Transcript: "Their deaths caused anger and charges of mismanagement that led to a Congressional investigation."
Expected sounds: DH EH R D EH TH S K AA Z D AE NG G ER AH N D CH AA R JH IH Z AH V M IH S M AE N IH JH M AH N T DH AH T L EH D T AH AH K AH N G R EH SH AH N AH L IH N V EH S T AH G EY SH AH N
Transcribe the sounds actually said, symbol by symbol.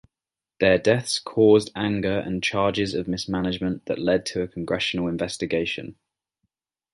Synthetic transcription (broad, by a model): DH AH D EH TH S K AA Z D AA NG G ER AH N CH AA JH IH Z AH V M IH S M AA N IH JH M AH N T DH AH T L EH D T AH AH K AH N G R EH SH AH N AH L IH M V EH S T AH G EY SH AH N